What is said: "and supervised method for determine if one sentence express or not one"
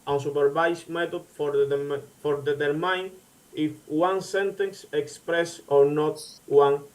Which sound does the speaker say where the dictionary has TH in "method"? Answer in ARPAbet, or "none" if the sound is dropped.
T